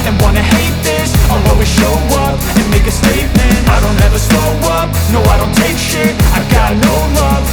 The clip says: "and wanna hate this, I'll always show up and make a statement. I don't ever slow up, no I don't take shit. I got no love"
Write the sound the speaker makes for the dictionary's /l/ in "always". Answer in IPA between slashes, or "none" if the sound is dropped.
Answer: none